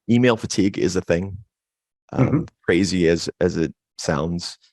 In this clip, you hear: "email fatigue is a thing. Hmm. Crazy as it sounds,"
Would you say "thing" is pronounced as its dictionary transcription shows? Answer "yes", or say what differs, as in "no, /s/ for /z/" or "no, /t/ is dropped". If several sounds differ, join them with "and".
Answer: yes